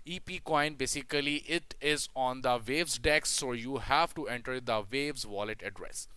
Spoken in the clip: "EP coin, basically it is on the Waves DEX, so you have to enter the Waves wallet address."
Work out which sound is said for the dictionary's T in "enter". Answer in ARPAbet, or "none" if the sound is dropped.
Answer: T